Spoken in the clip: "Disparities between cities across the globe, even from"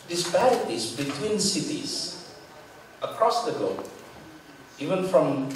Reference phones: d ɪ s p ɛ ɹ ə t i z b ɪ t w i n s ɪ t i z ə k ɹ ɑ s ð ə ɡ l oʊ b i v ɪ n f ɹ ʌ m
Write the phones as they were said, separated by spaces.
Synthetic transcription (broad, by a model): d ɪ s p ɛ ɹ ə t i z b ɪ t w i n s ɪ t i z ə k ɹ ɑ s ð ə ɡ oʊ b i v ɪ n f ɹ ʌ m